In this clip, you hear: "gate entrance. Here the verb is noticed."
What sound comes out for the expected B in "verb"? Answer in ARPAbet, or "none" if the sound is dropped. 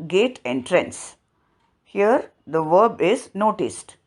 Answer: B